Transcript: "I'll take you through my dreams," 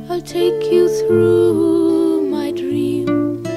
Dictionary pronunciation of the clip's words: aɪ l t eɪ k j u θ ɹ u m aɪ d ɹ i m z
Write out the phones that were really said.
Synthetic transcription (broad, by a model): aɪ t eɪ k j u θ ɹ u m aɪ d ɹ i m